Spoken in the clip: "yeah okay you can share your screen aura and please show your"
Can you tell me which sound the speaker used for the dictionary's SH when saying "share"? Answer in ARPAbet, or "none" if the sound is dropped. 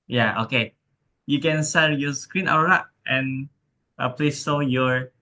S